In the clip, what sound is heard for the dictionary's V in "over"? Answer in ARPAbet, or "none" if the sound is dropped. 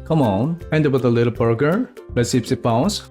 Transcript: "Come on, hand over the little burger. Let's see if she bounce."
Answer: P